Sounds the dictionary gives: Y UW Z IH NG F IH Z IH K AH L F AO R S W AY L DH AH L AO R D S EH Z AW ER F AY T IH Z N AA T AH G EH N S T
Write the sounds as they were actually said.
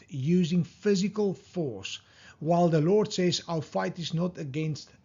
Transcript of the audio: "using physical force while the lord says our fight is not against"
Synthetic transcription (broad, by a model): Y UW Z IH NG F IH Z IH K AH L F AO R S W AY L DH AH L AO R D S EH Z AW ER F AY T IH Z N AA T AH G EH N S T